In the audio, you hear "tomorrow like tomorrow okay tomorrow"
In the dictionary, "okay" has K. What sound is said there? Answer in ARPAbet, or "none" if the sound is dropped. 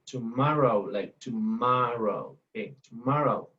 none